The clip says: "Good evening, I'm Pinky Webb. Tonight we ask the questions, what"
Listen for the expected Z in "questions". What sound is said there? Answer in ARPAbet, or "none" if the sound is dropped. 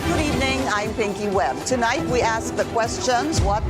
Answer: Z